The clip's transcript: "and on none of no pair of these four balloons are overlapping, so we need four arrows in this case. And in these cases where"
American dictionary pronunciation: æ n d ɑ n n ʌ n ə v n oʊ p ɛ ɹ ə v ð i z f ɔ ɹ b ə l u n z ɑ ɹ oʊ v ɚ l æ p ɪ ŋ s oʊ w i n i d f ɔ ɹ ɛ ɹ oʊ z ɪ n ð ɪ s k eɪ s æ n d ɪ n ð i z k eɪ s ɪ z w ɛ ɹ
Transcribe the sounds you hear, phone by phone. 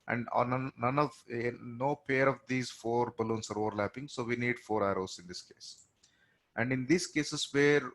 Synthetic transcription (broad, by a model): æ n d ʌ n n ʌ n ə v n oʊ p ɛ ɹ ə v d i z f ɔ ɹ b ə l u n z ɑ ɹ oʊ v ɚ l æ p ɪ ŋ s oʊ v i n i d f ɔ ɹ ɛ ɹ oʊ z ɪ n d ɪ s k eɪ s æ n d ɪ n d i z k eɪ s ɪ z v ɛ ɹ